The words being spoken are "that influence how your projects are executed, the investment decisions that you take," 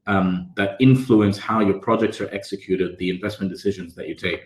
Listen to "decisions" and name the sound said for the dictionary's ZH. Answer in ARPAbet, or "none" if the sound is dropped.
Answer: ZH